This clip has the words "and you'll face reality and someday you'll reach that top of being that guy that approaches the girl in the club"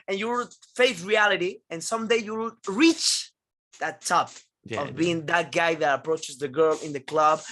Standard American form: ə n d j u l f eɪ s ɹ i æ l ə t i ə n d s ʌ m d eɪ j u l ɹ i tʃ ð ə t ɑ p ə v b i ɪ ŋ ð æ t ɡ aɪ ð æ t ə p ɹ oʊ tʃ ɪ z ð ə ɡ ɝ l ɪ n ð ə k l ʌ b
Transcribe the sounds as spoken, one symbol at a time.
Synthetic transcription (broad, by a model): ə n j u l f eɪ θ ɹ i æ l ə t i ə n s ʌ m d eɪ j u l ɹ i tʃ ð ə t ɑ p ə v b i ɪ ŋ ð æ t ɡ aɪ ð æ t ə p ɹ oʊ tʃ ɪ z ð ə ɡ ɝ l ɪ n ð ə k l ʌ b